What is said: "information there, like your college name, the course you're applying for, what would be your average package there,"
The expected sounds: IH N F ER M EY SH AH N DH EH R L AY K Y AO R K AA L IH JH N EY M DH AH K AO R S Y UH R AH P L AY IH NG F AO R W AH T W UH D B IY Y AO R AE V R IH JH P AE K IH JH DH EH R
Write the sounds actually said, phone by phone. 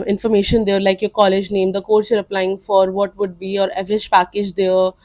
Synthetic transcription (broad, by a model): IH N F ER M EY SH AH N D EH R L AY K Y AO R K AA L IH JH N EY M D AH K AO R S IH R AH P L AY IH NG F AO R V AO T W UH D B IY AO R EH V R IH CH P AE K IH JH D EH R